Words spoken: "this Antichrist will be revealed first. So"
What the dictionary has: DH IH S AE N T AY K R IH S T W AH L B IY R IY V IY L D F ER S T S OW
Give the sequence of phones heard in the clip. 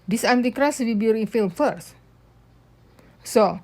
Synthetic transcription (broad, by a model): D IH S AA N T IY K R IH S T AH B IY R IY F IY L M F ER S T S OW